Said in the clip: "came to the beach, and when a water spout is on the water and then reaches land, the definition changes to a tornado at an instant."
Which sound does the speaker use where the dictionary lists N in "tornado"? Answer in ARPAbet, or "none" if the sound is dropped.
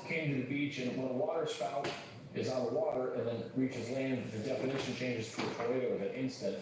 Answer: none